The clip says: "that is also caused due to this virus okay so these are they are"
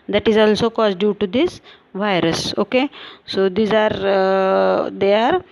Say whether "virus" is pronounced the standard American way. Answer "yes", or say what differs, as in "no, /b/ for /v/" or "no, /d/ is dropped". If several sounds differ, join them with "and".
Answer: yes